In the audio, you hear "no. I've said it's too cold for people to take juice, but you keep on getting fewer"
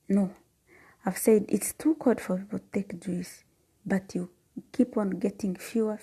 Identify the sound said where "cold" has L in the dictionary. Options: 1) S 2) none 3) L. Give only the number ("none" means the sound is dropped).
2